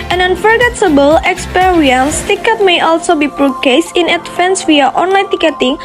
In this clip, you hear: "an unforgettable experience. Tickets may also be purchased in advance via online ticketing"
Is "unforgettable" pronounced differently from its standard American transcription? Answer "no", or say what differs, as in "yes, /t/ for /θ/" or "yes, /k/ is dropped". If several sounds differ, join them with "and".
no